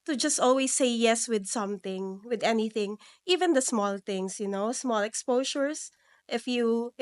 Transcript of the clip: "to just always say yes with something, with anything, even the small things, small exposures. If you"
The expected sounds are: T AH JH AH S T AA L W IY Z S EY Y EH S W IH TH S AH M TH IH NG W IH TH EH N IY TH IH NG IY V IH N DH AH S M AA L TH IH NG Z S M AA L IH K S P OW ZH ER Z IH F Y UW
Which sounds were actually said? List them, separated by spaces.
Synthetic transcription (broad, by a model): T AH JH AH S T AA L W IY S EY Y EH S W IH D S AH M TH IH NG W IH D EH N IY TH IH NG IY V IH N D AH S M AA L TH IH NG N S M AA L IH K S P OW SH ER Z IH F Y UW